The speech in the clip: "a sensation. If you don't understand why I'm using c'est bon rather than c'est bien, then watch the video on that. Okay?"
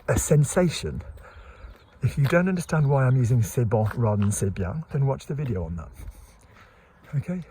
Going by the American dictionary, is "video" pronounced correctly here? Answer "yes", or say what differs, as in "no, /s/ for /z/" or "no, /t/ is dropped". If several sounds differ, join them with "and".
yes